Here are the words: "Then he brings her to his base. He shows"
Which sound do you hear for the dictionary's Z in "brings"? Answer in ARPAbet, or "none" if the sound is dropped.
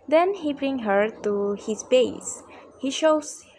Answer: none